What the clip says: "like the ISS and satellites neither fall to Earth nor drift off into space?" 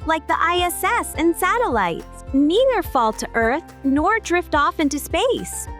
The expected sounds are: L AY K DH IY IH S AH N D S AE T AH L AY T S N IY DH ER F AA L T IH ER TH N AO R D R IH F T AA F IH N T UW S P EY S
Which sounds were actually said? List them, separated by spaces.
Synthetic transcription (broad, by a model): L AY K DH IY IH S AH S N S AE T AH L AY T S N IY DH ER F AA L T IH ER TH N AO R D R IH F T AA F IH N T UW S P EY S